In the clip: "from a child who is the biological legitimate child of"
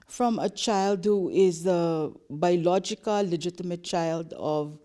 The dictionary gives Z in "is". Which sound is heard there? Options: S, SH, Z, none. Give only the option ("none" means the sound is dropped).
Z